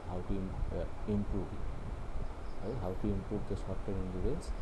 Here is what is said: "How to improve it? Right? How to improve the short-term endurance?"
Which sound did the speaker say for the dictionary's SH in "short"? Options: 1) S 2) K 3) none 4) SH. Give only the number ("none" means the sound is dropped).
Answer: 1